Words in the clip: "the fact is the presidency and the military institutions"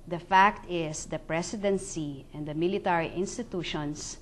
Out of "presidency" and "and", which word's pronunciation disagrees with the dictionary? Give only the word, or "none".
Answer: presidency